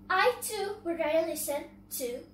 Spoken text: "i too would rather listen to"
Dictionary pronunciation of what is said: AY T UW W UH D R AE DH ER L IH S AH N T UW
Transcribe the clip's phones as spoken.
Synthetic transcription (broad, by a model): AY T UW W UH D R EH ER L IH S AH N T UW